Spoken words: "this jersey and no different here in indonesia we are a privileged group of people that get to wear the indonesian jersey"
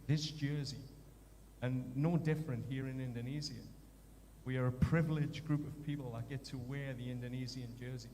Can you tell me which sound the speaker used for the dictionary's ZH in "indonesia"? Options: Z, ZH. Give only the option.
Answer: Z